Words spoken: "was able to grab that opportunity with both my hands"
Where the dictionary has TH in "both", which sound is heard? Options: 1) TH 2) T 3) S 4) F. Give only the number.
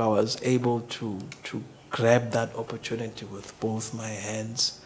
1